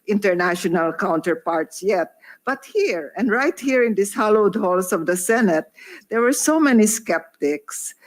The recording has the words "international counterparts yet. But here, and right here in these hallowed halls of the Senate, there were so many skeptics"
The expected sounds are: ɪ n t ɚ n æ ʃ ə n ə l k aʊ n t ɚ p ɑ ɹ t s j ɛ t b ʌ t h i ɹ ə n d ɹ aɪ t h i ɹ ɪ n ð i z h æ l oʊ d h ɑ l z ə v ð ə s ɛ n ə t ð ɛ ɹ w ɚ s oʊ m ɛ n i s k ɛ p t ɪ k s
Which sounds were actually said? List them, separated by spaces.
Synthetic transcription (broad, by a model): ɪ n t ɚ n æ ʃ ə n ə l k aʊ n t ɚ p ɑ ɹ t s j ɛ t b ʌ t h i ɹ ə n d ɹ aɪ t h i ɹ ɪ n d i s h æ l oʊ d h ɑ l s ə v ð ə s ɛ n ə t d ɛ ɹ w ɚ s oʊ m ɛ n i s k ɛ p t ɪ k s